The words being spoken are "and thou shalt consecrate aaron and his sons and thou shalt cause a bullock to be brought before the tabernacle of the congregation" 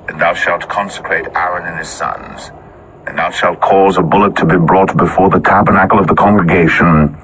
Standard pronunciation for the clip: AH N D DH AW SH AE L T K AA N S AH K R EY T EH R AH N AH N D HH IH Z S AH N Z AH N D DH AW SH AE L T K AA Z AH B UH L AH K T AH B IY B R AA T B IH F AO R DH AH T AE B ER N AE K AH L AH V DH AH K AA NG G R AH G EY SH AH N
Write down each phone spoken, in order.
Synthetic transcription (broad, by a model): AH N DH AW SH AE L T K AA N S AH K R EY T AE R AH N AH N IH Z S AH N Z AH N DH AW SH AE L T K AA Z AH B UH L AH T AH B IY B R AA T B IH F AO R DH AH T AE B ER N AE K L AH V DH AH K AA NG G R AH G EY SH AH N